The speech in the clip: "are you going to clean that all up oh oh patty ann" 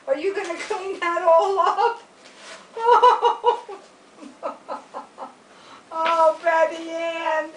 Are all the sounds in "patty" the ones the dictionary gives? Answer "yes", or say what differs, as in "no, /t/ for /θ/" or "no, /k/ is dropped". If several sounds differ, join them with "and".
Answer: no, /b/ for /p/